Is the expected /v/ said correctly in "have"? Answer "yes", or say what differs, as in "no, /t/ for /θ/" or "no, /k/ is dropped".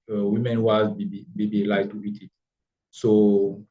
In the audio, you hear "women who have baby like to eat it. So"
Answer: no, /b/ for /v/